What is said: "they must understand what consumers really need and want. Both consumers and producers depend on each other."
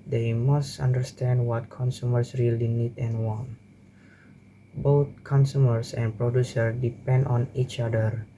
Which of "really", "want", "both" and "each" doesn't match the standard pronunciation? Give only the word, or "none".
both